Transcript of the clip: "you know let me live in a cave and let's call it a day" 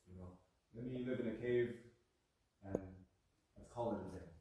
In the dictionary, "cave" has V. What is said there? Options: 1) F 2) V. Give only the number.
2